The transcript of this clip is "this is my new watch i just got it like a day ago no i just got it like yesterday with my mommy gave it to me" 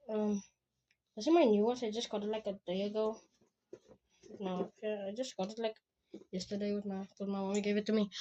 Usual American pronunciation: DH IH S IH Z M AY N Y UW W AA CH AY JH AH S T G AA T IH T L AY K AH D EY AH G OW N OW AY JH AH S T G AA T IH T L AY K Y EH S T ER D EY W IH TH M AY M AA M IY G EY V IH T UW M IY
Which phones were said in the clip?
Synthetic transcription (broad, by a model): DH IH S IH M AY N Y UW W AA S AY JH AH S T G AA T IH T L AY K AH D EY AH G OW N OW AY JH AH S T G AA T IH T L AY K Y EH S T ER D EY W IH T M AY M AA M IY G EY V IH T UW M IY